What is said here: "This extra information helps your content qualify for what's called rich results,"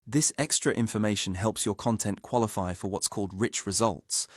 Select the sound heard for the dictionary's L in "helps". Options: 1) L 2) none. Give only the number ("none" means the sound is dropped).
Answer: 1